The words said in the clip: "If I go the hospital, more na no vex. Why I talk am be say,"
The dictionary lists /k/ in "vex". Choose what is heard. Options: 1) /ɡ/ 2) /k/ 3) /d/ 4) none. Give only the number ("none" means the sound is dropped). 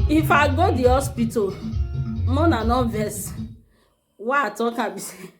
4